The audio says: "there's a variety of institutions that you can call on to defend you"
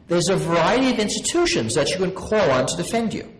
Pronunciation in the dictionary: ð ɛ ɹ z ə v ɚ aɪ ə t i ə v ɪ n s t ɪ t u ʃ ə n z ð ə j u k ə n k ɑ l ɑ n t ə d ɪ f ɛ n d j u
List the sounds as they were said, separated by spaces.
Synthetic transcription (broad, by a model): ð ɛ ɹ z ə v ɚ aɪ ə t i ə v ɪ n s t ɪ t u ʃ ə n z ð ə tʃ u k ə n k ɑ l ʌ n t ə d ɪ f ɛ n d j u